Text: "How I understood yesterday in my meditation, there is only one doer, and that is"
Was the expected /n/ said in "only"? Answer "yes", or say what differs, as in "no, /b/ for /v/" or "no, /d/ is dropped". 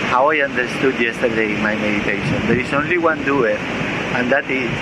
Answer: yes